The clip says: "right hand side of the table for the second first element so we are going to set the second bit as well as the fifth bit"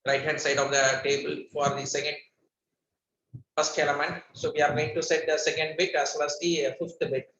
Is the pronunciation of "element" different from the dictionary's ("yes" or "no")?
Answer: no